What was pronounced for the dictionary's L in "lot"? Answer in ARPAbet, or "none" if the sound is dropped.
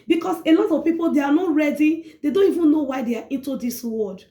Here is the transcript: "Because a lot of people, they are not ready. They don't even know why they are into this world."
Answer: N